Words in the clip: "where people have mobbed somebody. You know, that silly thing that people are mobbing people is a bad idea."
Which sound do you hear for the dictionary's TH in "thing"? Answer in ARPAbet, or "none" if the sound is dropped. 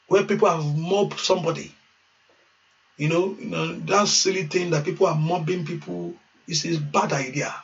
T